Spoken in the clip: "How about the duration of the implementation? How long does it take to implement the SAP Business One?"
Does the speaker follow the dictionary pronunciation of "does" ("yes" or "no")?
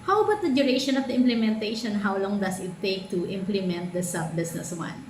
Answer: no